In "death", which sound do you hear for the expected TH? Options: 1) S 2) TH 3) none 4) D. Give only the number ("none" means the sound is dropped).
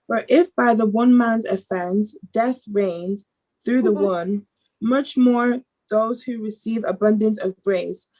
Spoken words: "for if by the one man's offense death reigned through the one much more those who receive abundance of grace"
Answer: 2